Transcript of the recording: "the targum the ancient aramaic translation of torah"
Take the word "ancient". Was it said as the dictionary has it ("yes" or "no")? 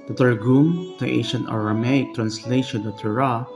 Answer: no